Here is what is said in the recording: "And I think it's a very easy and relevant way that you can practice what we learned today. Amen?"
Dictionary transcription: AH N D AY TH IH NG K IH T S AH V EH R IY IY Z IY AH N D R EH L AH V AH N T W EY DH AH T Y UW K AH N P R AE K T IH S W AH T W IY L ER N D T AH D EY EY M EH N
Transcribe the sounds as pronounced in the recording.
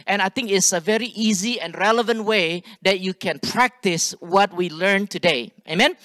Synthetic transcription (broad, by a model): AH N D AY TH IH NG K IH T S AH V EH R IY IY Z IY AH N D R EH L AH V AH N T W EY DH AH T Y UW K AH N P R AE K T IH S W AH T W IY L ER N T AH D EY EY M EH N